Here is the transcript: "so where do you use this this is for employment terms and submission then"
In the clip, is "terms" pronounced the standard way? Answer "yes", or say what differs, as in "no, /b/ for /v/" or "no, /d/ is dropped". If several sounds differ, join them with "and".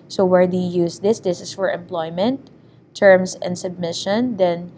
no, /s/ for /z/